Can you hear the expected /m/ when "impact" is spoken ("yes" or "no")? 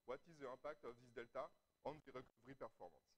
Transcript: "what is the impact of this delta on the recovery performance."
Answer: no